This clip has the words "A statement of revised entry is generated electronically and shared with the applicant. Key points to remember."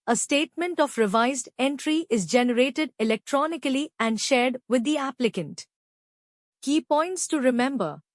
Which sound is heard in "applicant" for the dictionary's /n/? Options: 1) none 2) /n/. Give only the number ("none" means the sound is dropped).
2